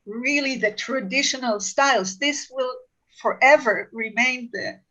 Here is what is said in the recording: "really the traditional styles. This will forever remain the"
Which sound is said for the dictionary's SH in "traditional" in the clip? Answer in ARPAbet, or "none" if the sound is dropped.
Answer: SH